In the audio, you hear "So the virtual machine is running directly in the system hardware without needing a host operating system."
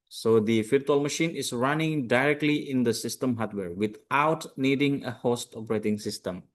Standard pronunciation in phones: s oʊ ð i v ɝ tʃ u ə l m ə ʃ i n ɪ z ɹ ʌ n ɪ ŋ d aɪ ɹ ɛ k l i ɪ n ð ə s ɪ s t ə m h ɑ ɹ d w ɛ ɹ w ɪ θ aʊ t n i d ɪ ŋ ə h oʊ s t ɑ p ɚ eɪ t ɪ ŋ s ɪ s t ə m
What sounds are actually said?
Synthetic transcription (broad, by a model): s oʊ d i f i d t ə l m ə ʃ i n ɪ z ɹ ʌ n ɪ ŋ d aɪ ɹ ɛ k l i ɪ n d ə s ɪ s t ə m h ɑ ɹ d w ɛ ɹ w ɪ t aʊ t n i d ɪ ŋ ə h oʊ s t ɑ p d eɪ t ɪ ŋ s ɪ s t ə m